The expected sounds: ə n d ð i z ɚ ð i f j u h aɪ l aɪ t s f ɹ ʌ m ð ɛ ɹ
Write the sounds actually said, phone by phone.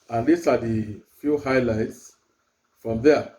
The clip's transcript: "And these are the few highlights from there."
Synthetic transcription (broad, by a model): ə n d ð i s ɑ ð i f j u h aɪ l aɪ t s f ɹ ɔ m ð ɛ